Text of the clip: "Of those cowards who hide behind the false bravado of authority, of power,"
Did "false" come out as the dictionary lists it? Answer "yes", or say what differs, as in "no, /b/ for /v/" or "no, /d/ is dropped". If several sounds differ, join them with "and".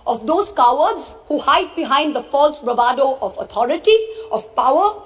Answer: yes